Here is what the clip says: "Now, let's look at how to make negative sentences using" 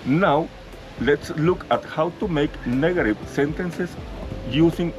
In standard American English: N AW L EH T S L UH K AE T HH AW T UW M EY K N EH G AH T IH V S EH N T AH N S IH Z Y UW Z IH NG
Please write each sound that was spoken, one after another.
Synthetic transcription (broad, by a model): N AW L EH T S L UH K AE T HH AW T UW M EY K N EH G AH T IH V S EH N T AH N S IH S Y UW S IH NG